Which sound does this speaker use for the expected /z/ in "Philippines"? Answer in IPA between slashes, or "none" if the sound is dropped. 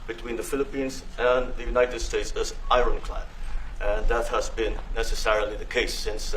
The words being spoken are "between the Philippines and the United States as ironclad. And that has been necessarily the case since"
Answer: /z/